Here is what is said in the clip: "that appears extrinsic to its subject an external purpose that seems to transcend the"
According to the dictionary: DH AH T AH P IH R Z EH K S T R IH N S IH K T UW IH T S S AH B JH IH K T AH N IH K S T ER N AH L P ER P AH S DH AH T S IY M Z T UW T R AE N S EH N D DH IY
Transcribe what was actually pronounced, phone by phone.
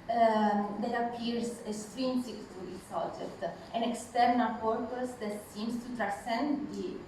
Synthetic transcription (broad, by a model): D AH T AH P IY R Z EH S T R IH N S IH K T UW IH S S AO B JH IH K T AH N IH K S T ER N AH L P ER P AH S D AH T S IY M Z T UW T R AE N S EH N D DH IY